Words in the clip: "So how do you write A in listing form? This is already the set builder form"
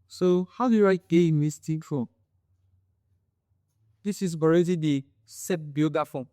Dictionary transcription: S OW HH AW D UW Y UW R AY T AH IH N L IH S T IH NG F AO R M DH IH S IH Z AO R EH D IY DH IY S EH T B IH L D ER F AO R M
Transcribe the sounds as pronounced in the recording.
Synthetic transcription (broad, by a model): S OW HH AW D UW Y UW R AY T AH IH N W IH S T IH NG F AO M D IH S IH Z AO R EH D IY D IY S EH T B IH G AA F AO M